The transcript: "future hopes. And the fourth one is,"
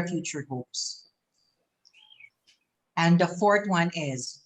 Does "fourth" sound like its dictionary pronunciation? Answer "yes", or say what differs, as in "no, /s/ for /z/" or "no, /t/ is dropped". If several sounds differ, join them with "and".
no, /t/ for /θ/